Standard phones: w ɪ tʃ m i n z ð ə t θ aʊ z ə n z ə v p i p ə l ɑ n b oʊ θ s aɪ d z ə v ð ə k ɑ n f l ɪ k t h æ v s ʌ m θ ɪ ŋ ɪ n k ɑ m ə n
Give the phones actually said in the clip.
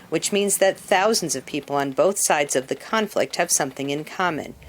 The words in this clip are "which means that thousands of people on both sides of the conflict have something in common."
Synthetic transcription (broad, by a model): w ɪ tʃ m i n z ð ə t θ aʊ z n z ə v p i p l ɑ n b oʊ θ s aɪ d z ə v ð ə k ɑ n f l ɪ k t h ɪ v s ʌ m θ ɪ ŋ ɪ n k ɑ m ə n